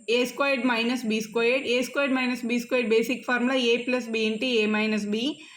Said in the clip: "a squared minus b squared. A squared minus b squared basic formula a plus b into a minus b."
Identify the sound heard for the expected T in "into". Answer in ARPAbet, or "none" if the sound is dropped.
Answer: T